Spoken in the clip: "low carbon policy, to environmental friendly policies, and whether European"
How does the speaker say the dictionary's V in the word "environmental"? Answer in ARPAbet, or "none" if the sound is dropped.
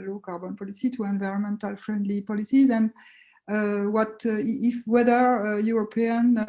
V